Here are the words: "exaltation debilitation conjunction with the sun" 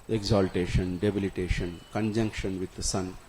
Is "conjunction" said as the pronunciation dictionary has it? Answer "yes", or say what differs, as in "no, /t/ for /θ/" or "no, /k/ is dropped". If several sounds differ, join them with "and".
yes